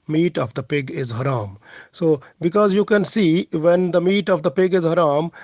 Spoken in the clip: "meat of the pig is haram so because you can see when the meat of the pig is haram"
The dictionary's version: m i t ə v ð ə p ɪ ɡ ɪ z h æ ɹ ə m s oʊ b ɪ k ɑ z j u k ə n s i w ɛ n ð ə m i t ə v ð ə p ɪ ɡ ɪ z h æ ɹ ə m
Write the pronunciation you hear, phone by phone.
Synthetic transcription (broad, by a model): m i t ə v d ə p ɪ ɡ ɪ z h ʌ ɹ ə m s oʊ b ɪ k ɑ z j u k ə n s i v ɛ n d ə m i t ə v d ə p ɪ ɡ ɪ z h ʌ ɹ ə m